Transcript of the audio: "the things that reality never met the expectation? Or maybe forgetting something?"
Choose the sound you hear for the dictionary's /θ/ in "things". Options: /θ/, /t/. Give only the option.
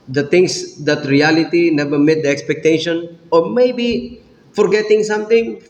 /t/